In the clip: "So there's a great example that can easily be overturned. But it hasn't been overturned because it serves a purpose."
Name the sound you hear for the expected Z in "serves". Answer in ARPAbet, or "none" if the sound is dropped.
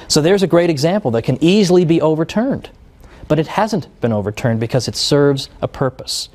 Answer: Z